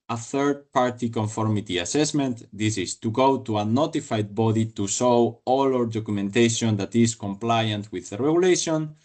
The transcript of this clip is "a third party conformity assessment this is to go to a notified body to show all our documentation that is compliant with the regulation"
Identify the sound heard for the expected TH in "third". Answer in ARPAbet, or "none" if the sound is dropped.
TH